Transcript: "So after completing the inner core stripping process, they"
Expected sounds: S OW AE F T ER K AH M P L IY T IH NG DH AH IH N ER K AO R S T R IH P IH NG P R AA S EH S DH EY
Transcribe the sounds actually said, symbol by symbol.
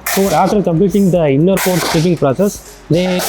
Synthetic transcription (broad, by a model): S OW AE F T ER K AH M P L IY T IH NG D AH IH N ER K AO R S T IH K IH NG P R AA S EH S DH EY